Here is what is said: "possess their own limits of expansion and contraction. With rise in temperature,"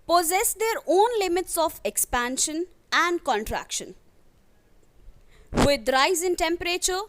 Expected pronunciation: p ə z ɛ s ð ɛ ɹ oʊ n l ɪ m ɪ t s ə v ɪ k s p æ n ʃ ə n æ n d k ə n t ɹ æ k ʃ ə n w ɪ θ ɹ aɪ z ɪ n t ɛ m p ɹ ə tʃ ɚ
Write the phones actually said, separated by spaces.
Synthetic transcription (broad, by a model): p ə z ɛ s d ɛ ɹ oʊ n l ɪ m ɪ t s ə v ɪ k s p æ n ʃ ə n æ n d k ə n t ɹ æ k ʃ ə n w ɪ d ɹ aɪ z ɪ n t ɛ m p ɹ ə tʃ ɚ